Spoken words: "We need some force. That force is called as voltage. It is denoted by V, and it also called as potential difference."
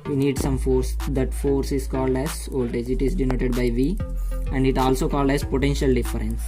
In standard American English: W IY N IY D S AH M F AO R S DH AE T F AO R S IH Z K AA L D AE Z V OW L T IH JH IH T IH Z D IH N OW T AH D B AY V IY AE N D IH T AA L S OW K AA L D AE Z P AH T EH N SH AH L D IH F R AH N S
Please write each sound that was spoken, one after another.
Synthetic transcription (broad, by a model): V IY N IY D S AH M F AO R S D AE T F AO R S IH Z K AA L D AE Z OW L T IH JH IH T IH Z D IH N OW T AH D B AY V IY AE N D IH T AA L S OW K AA L D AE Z P AH T EH N SH AH L D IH F R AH N S